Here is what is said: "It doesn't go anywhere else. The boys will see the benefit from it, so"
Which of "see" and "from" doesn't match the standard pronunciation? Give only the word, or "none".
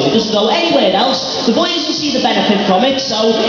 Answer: none